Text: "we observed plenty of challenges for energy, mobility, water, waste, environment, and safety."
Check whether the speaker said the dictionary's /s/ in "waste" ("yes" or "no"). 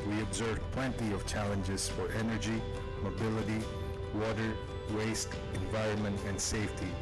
yes